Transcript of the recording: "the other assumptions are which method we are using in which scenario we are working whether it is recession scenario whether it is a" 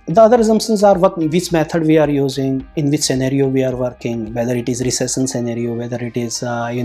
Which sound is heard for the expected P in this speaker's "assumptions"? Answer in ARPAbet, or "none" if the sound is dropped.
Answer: none